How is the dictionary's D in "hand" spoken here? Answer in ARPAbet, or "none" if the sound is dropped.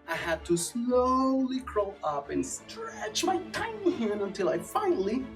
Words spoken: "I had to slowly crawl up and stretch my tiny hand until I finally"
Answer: none